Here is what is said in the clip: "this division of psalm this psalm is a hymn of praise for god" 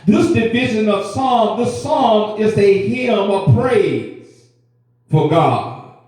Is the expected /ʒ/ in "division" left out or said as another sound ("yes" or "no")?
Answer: no